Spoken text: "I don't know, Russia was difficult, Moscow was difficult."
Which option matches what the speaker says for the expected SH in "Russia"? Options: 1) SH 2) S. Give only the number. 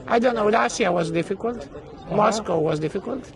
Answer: 2